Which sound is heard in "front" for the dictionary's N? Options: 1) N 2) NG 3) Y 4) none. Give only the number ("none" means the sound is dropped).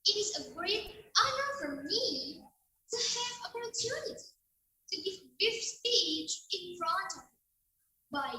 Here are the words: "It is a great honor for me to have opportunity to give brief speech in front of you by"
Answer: 4